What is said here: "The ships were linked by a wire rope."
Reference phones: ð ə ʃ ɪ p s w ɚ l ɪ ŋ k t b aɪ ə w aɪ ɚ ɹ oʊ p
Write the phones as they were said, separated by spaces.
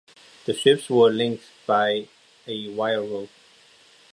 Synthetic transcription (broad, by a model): ð ə ʃ ɪ p s w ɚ l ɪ ŋ k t b aɪ ə w aɪ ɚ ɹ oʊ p